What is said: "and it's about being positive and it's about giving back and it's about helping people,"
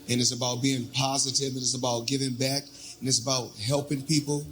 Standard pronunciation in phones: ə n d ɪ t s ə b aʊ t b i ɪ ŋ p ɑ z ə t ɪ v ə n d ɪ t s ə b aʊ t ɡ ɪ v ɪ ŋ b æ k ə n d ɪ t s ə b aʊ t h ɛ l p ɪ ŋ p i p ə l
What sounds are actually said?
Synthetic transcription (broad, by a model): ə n ɪ t s ə b aʊ t b i ɪ ŋ p ɑ z ə t ɪ v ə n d ɪ t s ə b aʊ t ɡ ɪ v ɪ ŋ b æ k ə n ɪ t s ə b aʊ t h ɛ l p ɪ ŋ p i p l